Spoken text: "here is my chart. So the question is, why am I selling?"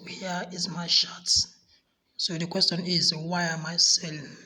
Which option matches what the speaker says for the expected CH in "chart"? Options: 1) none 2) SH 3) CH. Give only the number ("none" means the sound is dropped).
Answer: 2